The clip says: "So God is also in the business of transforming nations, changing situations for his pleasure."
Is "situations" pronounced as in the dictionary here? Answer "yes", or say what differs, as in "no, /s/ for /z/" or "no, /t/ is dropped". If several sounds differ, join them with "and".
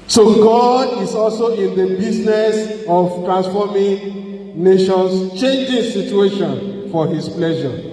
no, /z/ is dropped